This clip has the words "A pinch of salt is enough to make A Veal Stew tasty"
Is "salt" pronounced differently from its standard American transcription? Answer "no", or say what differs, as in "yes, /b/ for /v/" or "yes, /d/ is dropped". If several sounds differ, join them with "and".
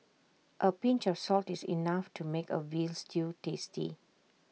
no